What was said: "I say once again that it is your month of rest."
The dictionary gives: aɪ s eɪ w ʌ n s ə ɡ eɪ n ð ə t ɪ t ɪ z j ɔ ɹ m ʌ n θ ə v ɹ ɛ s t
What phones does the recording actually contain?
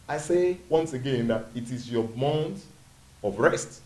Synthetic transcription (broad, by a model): aɪ s eɪ w ʌ n s ə ɡ eɪ n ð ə t ɪ t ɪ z j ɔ m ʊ n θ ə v ɹ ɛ s t